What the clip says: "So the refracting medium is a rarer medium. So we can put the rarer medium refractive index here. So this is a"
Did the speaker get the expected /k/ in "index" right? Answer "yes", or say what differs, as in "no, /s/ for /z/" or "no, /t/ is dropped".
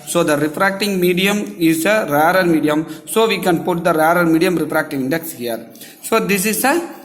yes